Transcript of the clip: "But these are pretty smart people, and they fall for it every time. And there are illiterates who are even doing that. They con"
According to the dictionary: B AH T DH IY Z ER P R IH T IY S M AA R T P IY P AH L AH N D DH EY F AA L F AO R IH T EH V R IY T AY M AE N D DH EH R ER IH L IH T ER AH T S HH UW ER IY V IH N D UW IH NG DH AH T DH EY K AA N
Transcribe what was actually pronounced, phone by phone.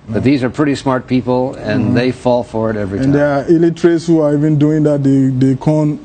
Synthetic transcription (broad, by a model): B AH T DH IY Z ER P R IH T IY S M AA R T P IY P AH L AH N DH EY F AA L F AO R IH T EH V R IY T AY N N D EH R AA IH L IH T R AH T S HH UW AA IY V IH N D UW IH NG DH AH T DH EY K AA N